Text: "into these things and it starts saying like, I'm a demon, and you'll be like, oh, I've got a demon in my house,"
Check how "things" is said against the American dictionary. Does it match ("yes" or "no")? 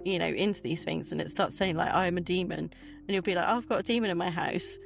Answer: yes